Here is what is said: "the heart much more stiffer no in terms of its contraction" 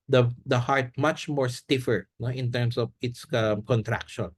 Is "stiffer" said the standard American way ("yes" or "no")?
yes